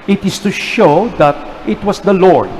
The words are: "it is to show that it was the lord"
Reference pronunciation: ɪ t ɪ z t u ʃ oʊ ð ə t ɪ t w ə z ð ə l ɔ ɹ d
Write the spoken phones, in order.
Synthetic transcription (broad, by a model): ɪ t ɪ s t u ʃ oʊ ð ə t ɪ t w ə s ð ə l ɔ ɹ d